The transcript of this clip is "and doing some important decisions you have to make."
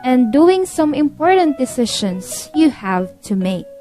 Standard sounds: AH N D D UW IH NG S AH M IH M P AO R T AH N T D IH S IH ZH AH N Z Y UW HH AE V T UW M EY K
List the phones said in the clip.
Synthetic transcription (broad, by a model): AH N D D UW IH NG S AH M IH M P AO R T AH N T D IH S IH SH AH N S Y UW HH AE V T UW M EY K